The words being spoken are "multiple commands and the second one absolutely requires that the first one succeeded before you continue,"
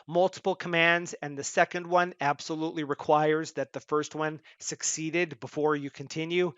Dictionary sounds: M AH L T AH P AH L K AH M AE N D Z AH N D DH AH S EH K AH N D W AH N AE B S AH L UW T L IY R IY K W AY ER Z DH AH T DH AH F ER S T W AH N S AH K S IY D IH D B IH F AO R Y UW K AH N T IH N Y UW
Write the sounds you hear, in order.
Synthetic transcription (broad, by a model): M AH L T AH P L K AH M AE N D Z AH N DH AH S EH K AH N D W AH N AE B S AH L UW T L IY R IY K W AY ER Z DH AH T DH AH F ER S T W AH N S AH K S IY D IH D B IH F AO R Y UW K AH N T IH N Y UW